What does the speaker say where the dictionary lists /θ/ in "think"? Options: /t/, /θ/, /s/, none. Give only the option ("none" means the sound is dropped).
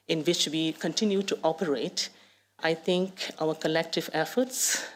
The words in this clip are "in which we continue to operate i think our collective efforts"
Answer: /t/